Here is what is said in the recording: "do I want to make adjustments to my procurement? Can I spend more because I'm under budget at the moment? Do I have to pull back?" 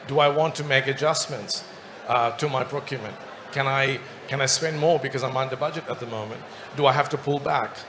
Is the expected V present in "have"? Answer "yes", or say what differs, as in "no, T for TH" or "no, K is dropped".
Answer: no, F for V